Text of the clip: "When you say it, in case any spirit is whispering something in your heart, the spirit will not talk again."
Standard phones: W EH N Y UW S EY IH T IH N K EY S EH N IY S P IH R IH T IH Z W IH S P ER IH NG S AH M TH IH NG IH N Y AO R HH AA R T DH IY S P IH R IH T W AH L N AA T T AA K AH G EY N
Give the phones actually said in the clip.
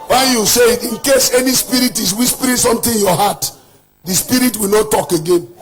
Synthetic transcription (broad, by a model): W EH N Y UW S EY IH T IH N K EY S EH N IY S P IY R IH T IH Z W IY S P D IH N S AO M T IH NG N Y AO HH AA T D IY S P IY R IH T W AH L N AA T T AA K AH G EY N